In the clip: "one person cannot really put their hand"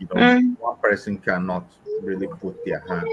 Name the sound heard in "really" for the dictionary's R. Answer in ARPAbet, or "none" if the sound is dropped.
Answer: R